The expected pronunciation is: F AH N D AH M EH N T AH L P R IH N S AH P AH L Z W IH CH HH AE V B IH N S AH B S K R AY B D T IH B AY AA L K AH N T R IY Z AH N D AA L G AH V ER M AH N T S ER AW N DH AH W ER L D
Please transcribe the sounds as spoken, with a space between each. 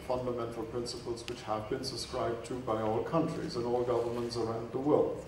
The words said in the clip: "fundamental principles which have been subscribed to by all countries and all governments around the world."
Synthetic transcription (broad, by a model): F AH N D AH M EH N T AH L P R IH N S AH P AH L Z W IH CH HH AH V B IH N S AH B S K R AY B T IH B AY AA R K AH N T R IY Z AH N AA L G AH V ER M AH N T S ER AW N DH AH W ER L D